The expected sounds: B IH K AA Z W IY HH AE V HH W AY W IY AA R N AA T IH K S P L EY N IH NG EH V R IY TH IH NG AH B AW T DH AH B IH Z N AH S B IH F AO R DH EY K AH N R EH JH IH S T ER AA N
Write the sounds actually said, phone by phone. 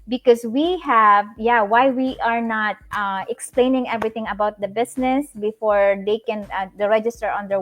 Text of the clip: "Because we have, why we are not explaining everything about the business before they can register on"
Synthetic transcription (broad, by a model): B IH K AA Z W IY HH AE V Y W AY W IY AA R N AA T IH K S P L EY N IH NG EH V R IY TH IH NG AH B AW T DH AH B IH S N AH S B IH F AO R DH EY K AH N R EH JH IH S T ER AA N